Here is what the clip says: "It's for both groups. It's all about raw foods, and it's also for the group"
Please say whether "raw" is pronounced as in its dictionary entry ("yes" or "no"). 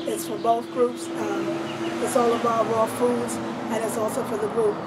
no